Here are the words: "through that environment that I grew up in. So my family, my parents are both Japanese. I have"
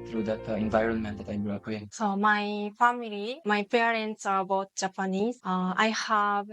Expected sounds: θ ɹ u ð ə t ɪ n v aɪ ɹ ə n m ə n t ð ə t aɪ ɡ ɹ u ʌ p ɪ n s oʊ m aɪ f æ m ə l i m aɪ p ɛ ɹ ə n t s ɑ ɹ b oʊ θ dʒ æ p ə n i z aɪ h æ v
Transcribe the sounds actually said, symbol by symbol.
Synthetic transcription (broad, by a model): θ ɹ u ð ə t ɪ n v aɪ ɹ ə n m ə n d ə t aɪ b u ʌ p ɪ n s oʊ m aɪ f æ m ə l i m aɪ p ɛ ɹ ə n t s ɑ ɹ b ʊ t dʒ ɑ p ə n i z aɪ h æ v